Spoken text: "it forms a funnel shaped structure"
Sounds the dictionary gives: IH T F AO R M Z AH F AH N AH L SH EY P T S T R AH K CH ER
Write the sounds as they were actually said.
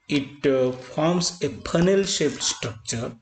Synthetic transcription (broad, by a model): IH T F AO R M S AH P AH N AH L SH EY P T S T R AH K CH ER